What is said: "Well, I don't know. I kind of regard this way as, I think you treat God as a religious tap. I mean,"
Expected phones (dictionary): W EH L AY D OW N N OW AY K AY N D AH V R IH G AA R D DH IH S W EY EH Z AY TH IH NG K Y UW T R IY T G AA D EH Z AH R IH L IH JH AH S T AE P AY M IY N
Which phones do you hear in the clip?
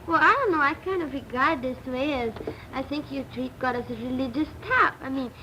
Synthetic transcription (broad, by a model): W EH L AY D OW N N OW AY K AY N D AH V R IH G AA R D DH IH S W EY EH Z AY TH IH NG K Y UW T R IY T G AA D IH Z AH R IH L IH JH AH S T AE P AY M IY N